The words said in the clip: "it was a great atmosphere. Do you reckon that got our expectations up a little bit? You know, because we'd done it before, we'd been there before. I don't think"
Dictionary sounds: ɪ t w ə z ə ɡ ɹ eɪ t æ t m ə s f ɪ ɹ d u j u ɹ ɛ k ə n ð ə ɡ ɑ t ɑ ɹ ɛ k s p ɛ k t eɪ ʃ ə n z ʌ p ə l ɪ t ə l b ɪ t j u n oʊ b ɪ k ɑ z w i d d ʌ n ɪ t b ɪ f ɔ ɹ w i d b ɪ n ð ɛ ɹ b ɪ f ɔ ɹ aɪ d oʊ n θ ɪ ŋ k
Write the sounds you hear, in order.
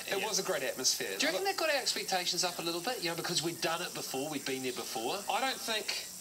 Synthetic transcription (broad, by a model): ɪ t w ə z ə ɡ ɹ eɪ t æ t m ə s f ɪ ɹ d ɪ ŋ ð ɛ ə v ɡ ɑ t ɑ ɹ ɛ k s p ɛ k t eɪ ʃ ə n z ʌ p ə l ɪ t l b ɪ t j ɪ n oʊ b ɪ k ɑ z w i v d ʌ n ɪ t b ɪ f ɔ ɹ w i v b ɪ n ð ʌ ɹ b ɪ f ɔ ɹ aɪ d oʊ n θ ɪ ŋ k